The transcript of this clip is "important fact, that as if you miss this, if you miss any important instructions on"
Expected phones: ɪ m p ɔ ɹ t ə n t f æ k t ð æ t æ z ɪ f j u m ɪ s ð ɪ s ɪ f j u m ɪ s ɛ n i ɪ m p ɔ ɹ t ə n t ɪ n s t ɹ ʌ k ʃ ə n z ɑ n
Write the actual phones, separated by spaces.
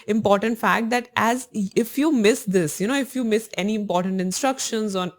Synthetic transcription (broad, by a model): ɪ m p ɔ ɹ t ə n t f æ k t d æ t æ z ɪ f j u m ɪ s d ɪ s ɪ f j u m ɪ s ɛ n i ɪ m p ɔ ɹ t ə n t ɪ n s t ɹ ʌ k ʃ ə n z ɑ n